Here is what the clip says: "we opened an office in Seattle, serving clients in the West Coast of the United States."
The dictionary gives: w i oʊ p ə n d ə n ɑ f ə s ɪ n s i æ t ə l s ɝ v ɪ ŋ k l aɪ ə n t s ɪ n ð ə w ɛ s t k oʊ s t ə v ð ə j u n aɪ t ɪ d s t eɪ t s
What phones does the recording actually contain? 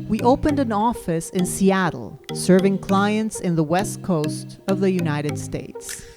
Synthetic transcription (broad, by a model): w i oʊ p ə n d ə n ɑ f ə s ɪ n s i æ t l s ɝ v ɪ ŋ k l aɪ ə n t s ɪ n ð ə w ɛ s t k oʊ s t ə v ð ə j u n aɪ t ɪ d s t eɪ t s